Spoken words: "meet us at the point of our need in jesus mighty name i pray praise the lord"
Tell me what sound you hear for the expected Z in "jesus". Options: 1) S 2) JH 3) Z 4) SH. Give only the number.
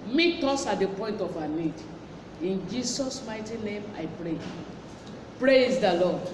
1